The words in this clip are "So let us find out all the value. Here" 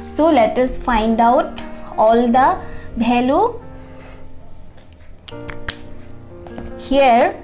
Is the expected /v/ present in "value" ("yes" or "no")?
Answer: no